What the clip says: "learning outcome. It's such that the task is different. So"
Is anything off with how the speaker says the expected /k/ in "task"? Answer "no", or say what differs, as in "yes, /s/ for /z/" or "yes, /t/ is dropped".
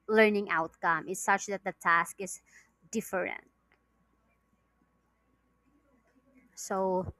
no